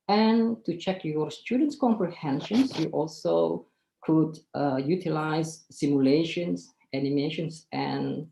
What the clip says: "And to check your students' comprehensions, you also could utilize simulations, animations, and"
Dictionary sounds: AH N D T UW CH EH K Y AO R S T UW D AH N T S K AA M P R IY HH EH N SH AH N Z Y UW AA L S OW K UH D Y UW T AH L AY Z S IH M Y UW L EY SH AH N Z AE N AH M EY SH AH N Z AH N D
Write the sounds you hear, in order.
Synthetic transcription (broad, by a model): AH N T UW CH EH K Y AO R S T UW D AH N T S K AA M P R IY HH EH N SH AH N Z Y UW AA L S OW K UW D Y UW T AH L AY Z S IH M Y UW L EY SH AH N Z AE N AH M EY SH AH N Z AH N